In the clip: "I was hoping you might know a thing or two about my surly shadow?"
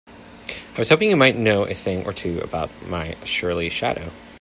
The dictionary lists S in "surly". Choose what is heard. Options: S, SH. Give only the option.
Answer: SH